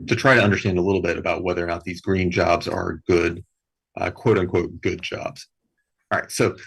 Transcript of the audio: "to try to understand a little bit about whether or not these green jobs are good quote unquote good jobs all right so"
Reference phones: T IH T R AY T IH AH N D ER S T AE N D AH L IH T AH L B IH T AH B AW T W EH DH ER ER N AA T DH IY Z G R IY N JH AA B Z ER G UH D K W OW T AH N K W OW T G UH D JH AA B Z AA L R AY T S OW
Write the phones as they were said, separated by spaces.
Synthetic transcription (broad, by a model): T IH T R AY T IH AH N D ER S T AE N D AH L IH T L B IH T AH B AW T W EH DH ER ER N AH T DH IY Z G R IY N JH AA B Z ER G UH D K W OW T AH N K W OW T G UH D JH AA B Z R AY T S OW